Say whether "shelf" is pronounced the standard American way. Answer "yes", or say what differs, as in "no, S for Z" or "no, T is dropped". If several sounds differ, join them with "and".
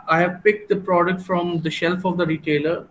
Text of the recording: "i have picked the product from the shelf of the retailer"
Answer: yes